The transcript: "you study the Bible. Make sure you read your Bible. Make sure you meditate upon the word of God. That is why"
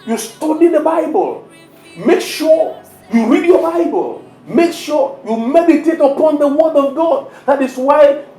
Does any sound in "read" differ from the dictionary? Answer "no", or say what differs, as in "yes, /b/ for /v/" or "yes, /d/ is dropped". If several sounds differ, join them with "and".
no